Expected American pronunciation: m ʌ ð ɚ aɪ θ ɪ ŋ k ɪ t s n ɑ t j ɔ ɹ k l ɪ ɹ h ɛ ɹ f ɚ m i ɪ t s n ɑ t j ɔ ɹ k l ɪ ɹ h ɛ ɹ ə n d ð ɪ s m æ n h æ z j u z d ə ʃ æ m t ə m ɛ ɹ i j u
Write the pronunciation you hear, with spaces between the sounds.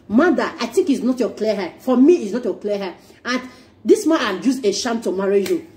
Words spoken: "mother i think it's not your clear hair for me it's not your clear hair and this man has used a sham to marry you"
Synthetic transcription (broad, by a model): m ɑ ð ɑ aɪ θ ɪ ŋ k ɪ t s n ɑ t j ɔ k l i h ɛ f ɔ m i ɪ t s n ɑ t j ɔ k l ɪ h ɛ ə n d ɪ s m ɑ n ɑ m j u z ə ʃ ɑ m t ə m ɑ ɹ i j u